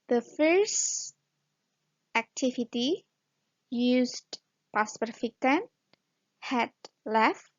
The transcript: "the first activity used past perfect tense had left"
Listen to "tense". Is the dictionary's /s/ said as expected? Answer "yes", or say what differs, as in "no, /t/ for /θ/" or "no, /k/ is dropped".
no, /s/ is dropped